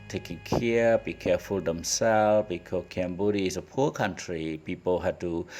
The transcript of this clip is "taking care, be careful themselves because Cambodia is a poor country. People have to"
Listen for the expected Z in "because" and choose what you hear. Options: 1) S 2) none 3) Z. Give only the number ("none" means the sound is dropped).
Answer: 2